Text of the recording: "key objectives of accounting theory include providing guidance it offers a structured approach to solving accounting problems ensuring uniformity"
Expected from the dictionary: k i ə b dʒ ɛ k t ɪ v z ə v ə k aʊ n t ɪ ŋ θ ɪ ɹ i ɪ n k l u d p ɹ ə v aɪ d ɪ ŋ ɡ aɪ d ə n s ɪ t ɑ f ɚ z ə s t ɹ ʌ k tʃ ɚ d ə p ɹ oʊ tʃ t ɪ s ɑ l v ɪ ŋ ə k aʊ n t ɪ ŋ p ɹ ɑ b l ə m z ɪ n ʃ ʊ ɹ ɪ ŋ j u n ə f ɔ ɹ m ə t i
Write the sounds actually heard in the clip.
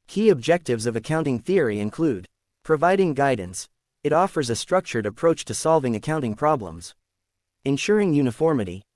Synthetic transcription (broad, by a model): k i ə b dʒ ɛ k t ɪ v z ə v ə k aʊ n t ɪ ŋ θ ɪ ɹ i ɪ n k l u d p ɹ ə v aɪ d ɪ ŋ ɡ aɪ d n s ɪ t ɑ f ɚ z ə s t ɹ ʌ k tʃ ɚ d ə p ɹ oʊ tʃ t ɪ s ɑ l v ɪ ŋ ə k aʊ n t ɪ ŋ p ɹ ɑ b l ə m z ɪ n ʃ ʊ ɹ ɪ ŋ j u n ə f ɔ ɹ m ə t i